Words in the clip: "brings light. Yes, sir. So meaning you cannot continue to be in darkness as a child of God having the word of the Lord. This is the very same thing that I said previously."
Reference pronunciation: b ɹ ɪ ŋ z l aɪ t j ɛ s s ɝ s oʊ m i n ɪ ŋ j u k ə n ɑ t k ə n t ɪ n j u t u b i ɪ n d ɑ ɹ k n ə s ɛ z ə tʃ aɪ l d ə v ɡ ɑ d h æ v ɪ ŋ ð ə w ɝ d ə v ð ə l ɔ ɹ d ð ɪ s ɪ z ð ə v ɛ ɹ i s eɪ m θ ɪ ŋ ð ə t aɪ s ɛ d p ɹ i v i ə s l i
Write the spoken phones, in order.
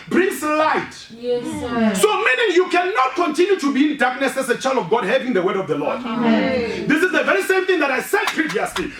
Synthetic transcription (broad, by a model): b ɹ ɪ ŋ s l aɪ t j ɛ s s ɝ s oʊ m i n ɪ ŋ j u k ə n ɑ t k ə n t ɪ n j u t u b i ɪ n d ɑ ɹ k n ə s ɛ s ə tʃ aɪ l d ə v ɡ ɑ d h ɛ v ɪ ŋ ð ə w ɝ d ə v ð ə l ɔ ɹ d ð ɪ s ɪ z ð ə v ɛ ɹ i s eɪ m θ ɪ ŋ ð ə t aɪ s ɛ d p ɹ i v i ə s l i